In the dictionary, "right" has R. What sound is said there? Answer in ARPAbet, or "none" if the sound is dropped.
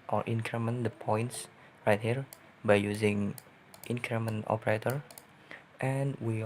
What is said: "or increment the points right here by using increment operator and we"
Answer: R